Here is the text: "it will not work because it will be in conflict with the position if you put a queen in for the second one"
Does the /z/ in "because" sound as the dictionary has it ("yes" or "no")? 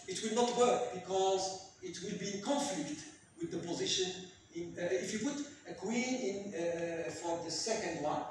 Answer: yes